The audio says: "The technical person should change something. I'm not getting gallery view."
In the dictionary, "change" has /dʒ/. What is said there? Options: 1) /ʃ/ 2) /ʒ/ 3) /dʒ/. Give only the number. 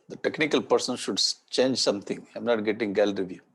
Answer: 3